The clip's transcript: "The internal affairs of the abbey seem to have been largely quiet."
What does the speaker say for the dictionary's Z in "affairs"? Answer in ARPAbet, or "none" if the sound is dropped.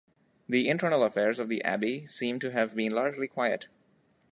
Z